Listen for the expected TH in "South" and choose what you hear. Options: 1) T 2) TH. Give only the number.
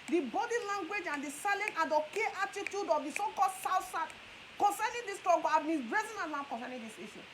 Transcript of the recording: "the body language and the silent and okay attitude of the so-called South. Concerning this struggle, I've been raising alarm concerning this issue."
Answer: 1